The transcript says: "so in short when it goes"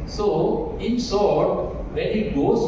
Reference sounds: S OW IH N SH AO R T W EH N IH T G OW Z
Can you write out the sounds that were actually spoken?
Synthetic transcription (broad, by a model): S OW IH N S AO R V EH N IH T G OW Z